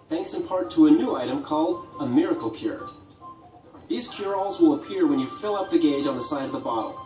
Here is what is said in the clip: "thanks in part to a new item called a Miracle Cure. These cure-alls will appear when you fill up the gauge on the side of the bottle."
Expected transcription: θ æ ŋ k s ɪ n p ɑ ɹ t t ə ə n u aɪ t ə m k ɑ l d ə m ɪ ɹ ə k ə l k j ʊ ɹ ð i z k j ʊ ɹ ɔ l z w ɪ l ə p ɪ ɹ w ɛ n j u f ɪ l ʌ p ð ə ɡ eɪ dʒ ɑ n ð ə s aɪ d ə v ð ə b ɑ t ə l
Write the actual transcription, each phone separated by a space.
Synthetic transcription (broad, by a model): θ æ ŋ k s ɪ n p ɑ ɹ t t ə ə n u aɪ t ə m k ɑ l d ə m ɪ ɹ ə k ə l k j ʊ ɹ ð i z k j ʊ ɹ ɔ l z w ɪ l ə p ɪ ɹ w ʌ n j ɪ f ɪ l ʌ p ð ə ɡ eɪ dʒ n ð ə s aɪ d ə v ð ə b ɑ t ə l